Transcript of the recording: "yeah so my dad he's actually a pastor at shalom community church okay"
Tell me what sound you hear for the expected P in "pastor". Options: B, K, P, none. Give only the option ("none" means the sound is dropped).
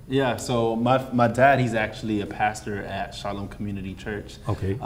P